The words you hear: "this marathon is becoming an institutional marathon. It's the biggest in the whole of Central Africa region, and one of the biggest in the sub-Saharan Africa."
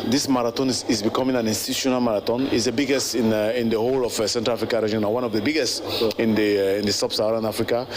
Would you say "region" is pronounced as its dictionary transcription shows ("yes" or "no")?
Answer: no